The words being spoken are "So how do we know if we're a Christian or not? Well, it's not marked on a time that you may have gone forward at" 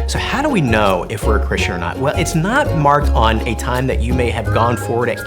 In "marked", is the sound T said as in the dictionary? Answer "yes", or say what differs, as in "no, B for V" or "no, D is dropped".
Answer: yes